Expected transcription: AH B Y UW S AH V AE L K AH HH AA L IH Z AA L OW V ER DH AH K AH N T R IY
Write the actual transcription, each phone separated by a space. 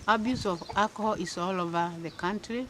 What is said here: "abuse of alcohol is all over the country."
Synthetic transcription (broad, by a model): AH B Y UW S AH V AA K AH HH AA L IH S AA L OW V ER DH AH K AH N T R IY